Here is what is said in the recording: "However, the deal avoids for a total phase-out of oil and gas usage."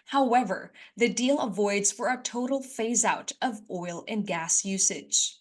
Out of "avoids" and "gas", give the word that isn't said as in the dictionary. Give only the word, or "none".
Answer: none